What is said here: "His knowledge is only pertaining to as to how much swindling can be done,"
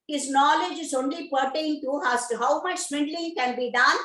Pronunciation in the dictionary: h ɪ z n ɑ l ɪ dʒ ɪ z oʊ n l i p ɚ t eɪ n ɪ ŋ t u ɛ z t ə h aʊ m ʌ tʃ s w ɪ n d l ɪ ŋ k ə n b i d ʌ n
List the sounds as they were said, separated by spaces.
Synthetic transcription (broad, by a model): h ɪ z n ɑ l ɪ dʒ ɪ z oʊ n l i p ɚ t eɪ ɪ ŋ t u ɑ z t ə h aʊ m ʌ tʃ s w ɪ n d l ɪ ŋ k ə n b i d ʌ n